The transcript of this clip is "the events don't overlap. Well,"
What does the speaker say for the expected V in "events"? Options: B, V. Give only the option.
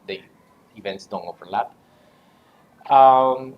V